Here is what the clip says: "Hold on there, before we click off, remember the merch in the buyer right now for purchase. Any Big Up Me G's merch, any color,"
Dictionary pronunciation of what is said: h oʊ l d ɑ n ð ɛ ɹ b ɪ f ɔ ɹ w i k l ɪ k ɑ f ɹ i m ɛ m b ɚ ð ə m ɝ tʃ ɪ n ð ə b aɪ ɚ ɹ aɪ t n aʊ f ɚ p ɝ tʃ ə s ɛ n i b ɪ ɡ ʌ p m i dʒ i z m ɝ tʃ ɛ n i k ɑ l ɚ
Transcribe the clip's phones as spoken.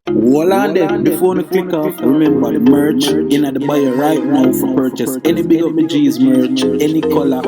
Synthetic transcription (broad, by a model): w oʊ l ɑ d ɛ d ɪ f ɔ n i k w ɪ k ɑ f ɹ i m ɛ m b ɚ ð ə m ɝ tʃ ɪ n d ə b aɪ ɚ ɹ aɪ t n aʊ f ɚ p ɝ tʃ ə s ɛ n i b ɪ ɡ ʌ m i dʒ i z m ɝ tʃ ɛ n i k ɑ l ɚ